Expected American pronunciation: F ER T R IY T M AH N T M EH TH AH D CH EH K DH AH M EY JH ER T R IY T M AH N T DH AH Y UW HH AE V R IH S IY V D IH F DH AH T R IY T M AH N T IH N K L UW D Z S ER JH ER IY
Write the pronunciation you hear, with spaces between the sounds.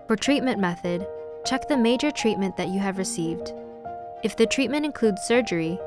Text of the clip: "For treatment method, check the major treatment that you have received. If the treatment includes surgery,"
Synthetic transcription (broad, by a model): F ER T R IY T M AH N M EH TH AH D CH EH K DH AH M EY JH ER T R IY T M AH N DH AH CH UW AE V R IH S IY V D IH F DH AH T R IY T M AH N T IH N K L UW D Z S ER JH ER IY